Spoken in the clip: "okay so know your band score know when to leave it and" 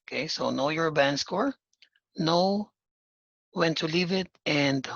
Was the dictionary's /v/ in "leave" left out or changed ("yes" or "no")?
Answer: no